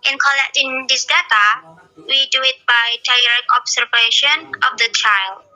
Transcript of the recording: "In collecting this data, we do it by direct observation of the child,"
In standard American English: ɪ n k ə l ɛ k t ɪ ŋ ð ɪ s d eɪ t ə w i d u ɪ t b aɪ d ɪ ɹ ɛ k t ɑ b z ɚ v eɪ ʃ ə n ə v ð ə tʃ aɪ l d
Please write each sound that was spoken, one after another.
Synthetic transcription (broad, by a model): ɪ n k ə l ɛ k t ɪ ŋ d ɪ s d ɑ t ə w i d u ɪ t b aɪ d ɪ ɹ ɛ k ɑ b s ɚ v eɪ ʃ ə n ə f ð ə tʃ aɪ l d